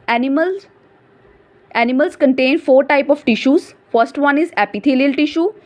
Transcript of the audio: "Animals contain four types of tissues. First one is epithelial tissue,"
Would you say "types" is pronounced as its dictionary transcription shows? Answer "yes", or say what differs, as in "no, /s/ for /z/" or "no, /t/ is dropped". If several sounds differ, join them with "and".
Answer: no, /s/ is dropped